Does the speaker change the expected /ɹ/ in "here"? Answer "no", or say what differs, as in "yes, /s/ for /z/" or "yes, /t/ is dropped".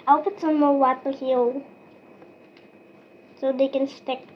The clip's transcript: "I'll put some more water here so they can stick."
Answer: yes, /l/ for /ɹ/